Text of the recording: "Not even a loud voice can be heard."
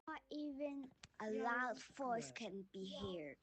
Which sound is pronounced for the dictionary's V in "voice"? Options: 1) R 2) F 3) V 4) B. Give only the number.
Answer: 2